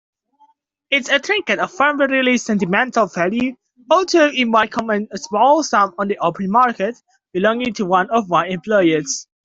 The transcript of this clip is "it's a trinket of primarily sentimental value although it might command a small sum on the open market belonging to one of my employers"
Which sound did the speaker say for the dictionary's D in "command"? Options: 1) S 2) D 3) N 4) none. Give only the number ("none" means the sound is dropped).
4